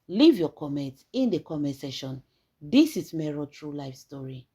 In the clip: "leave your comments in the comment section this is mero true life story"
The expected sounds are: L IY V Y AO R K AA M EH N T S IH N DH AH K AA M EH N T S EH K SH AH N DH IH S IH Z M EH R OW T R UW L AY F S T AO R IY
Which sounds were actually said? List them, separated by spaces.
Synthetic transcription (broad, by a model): L IY V Y AO K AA M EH N T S IH N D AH K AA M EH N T S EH SH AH N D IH S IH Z M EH R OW T R UW L AY F S T AO R IY